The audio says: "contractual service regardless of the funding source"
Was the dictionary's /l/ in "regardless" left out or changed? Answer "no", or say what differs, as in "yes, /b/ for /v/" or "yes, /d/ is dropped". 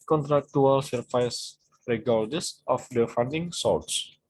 yes, /l/ is dropped